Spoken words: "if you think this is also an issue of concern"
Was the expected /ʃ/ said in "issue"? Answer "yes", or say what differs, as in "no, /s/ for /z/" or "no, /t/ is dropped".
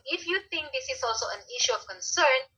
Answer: yes